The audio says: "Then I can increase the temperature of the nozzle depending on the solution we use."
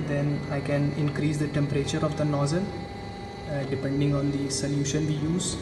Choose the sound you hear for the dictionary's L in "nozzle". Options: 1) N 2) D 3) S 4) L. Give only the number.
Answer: 1